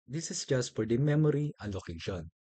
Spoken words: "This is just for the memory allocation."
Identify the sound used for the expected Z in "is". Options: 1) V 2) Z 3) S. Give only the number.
3